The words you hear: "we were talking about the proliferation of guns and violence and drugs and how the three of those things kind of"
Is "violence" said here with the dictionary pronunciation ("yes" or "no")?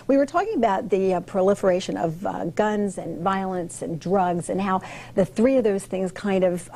yes